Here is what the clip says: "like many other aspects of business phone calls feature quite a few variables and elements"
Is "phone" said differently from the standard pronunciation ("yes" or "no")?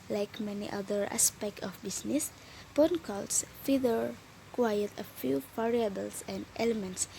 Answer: yes